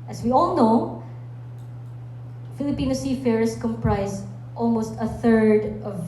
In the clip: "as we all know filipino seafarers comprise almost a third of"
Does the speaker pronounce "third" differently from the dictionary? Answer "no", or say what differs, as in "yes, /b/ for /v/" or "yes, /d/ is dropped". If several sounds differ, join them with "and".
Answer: no